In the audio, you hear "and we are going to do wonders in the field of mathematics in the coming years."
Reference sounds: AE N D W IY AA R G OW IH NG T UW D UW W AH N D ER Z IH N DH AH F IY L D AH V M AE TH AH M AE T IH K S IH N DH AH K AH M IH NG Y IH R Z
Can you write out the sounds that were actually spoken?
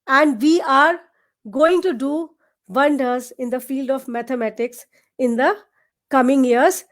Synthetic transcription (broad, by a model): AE N D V IY AA R G OW IH NG T UW D UW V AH N D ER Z IH N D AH F IY L D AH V M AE T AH M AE T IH K S IH N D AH K AH M IH NG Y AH R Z